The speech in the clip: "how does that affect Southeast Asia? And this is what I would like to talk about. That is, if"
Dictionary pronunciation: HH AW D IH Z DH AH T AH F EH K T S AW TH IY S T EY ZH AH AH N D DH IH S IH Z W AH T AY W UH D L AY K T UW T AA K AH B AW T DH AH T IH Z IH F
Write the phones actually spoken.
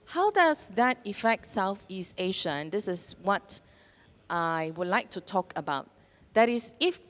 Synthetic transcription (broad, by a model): HH AW D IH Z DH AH T AH F EH K T S AW TH IY S T EY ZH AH AH N D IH S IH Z W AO T AY W UH D L AY K T UW T AA K AH B AW T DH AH T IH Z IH F